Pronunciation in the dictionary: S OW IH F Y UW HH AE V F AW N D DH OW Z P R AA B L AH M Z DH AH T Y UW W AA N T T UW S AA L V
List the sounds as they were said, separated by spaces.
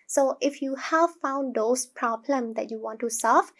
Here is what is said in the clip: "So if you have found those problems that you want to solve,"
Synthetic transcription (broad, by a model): S OW IH F Y UW HH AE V F AW N D OW S P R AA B L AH M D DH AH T Y UW W AA N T T UW S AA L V